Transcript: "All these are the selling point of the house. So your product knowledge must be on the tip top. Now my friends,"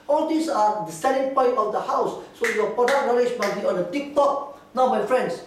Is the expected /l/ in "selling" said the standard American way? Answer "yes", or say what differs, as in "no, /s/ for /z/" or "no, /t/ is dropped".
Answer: no, /n/ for /l/